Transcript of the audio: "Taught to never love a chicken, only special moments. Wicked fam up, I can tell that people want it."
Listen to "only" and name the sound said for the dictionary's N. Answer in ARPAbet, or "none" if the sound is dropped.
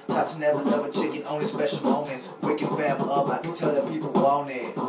N